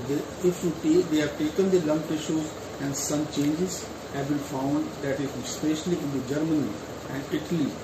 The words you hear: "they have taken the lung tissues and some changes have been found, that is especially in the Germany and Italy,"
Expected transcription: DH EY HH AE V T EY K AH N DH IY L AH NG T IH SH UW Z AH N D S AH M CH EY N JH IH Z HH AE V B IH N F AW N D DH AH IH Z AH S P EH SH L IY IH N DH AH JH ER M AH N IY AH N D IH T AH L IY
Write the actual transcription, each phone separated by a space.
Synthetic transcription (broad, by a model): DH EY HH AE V T EY K AH N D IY L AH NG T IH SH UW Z AH N D S AH M CH EY N JH IH Z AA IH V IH L F AW N D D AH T AH S P EH SH L IY IH N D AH JH ER M AH N IY AH N D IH T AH L IY